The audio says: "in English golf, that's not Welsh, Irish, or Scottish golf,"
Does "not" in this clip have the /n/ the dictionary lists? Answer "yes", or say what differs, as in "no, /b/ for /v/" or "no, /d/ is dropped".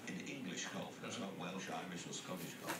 no, /l/ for /n/